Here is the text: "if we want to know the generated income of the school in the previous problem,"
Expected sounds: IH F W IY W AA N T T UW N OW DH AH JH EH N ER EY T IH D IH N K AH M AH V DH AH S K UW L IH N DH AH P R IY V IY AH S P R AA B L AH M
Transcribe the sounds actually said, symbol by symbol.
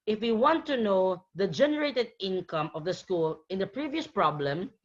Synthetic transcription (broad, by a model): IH F W IY W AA N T T UW N OW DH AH JH EH N ER EY T IH D IH N K AH M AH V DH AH S K UW L IH N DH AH P R IY V IY AH S P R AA B L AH M